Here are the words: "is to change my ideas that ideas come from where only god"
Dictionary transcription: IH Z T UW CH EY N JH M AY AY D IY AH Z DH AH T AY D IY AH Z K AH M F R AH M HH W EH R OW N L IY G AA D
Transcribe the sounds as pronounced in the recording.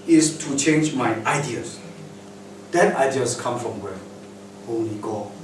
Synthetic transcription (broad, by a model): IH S T UW CH EY N JH M AY AY D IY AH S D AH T AY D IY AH S K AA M F R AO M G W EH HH OW L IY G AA